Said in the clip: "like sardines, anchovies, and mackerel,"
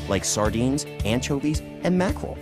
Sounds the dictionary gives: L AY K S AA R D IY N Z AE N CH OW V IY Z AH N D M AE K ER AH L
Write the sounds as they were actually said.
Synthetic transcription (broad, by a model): L AY K S AA R D IY N Z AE N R OW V IY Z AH N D M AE K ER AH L